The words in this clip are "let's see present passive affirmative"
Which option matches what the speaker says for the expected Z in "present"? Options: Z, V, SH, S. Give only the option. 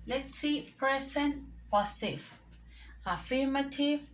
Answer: S